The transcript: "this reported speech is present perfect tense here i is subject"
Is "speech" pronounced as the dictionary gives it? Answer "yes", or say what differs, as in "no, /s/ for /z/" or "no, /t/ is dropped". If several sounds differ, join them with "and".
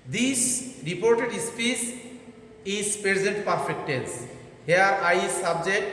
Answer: no, /s/ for /tʃ/